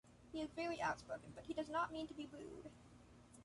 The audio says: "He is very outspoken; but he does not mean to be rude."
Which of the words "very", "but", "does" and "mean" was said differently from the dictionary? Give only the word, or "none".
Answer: very